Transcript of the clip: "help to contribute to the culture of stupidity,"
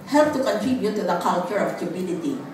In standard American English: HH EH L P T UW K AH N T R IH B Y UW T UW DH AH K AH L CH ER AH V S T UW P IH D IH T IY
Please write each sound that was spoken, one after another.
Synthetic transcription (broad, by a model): HH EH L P T UW K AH N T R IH B Y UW T UW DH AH K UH N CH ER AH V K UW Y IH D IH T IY